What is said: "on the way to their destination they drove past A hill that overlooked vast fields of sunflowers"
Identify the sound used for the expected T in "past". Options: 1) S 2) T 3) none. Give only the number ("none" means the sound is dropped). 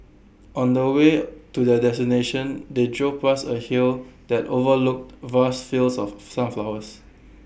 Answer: 3